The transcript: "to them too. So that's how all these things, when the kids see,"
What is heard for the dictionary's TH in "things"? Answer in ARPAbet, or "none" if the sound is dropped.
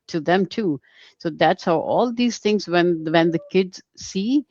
T